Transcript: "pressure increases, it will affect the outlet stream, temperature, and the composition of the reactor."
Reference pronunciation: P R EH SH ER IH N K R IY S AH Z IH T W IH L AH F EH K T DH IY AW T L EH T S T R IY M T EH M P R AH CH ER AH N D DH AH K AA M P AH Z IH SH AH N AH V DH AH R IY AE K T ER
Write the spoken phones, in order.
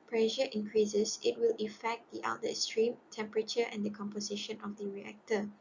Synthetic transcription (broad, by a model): P R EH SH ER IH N K R IY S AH S IH T W IH L AH F EH K T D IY T AA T S T R IY M T EH M P R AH CH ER AH N D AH K AA M P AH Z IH SH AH N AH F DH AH R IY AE K T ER